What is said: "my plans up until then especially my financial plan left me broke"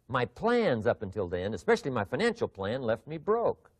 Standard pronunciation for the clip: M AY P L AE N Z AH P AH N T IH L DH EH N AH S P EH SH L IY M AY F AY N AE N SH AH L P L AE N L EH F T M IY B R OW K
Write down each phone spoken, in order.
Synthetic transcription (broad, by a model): M AY P L AE N Z AH P AH N T IH L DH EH N AH S P EH SH L IY M AY F AY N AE N SH L P L AE N L EH F T M IY B R OW K